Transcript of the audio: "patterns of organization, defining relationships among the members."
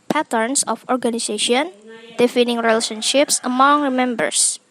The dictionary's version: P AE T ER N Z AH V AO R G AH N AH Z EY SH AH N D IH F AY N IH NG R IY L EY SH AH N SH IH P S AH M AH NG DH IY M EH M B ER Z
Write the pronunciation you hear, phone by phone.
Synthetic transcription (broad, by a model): P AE T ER N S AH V AO R G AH N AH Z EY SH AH N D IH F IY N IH NG R IY L EY SH AH N SH IH P S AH M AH NG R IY M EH M B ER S